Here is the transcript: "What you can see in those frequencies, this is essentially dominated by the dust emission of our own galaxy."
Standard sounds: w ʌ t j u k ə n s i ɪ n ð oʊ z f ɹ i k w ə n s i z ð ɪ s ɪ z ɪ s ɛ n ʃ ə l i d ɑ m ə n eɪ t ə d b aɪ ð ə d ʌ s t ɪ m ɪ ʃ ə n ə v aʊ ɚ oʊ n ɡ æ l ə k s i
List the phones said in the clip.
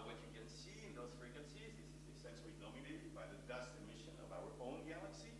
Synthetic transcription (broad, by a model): w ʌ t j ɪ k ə n s i ɪ n ð oʊ z f ɹ i k w ə n s i z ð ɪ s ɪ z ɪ s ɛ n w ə n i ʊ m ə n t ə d b aɪ ð ə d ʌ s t ɪ m ɪ ʃ ə n ə v aʊ ɚ oʊ n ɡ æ l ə k s i